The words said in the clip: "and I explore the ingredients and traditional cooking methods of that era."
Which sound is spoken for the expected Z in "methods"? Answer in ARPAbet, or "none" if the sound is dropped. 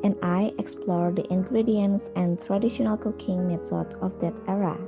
none